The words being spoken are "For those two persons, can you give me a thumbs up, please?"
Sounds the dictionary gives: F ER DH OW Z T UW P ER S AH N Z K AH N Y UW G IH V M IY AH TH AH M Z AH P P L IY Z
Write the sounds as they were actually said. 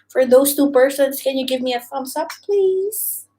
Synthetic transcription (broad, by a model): F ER DH OW Z T UW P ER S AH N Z K AH N Y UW G IH V M IY AH F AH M S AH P P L IY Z